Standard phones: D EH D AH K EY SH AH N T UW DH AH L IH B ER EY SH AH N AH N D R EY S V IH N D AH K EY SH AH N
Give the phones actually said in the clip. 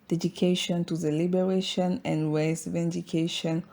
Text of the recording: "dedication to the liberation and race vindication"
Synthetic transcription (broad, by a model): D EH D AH K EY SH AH N T UW DH AH L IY B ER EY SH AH N AH N D W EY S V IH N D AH K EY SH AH N